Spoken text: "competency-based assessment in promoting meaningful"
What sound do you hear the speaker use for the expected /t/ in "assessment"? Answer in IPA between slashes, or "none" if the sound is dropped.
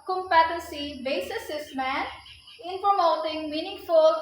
none